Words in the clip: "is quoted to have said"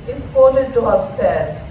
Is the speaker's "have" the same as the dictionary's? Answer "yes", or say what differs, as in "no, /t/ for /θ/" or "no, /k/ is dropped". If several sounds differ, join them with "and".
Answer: no, /p/ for /v/